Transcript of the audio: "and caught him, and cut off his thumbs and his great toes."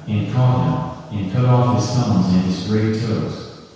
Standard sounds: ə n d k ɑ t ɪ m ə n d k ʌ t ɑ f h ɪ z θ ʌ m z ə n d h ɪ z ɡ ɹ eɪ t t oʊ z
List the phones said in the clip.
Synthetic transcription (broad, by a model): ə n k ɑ ɪ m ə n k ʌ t ɑ f h ɪ z s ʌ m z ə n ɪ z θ ɹ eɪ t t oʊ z